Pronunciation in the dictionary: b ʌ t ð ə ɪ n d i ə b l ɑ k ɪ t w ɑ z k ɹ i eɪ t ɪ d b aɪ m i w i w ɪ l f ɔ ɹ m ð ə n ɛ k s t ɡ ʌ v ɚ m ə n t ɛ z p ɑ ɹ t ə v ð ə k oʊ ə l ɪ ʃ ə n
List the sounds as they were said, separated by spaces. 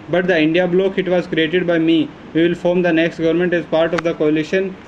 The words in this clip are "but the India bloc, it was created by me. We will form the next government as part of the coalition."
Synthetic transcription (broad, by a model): b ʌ t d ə ɪ n d i ə b l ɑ k ɪ t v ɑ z k ɹ i eɪ t ɪ d b aɪ m i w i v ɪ l f ɔ ɹ m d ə n ɛ k s t ɡ ʌ v ɚ m ə n t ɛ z p ɑ ɹ t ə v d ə k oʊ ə l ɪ ʃ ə n